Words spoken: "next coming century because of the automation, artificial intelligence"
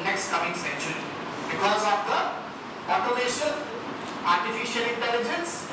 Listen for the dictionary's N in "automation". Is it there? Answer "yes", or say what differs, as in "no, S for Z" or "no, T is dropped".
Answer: no, L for N